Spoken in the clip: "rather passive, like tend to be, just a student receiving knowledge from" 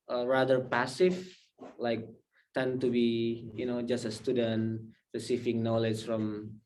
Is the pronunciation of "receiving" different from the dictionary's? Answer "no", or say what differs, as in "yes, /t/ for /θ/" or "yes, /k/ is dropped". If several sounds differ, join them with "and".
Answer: yes, /f/ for /v/